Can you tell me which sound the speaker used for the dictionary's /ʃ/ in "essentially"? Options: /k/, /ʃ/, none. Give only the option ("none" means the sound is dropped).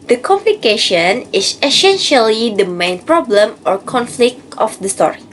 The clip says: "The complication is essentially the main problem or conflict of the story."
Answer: /ʃ/